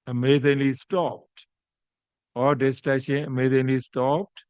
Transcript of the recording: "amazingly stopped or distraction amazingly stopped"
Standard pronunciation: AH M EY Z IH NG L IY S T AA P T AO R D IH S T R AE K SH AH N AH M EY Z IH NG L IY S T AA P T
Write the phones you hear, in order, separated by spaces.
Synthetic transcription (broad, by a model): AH M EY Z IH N L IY S T AA P T AO R D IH S T AE SH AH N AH M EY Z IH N L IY S T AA P T